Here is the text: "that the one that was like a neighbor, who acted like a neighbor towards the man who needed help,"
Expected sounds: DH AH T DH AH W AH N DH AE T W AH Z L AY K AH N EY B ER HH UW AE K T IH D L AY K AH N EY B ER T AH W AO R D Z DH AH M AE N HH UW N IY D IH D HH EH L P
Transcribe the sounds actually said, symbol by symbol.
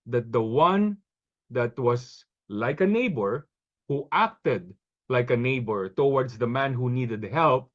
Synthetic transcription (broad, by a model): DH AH T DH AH W AH N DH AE T W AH S L AY K AH N EY B ER HH UW AE K T IH D L AY K AH N EY B ER T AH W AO R D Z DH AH M AE N HH UW N IY D IH D HH EH L P